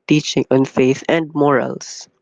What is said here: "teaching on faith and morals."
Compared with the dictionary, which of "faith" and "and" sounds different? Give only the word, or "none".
none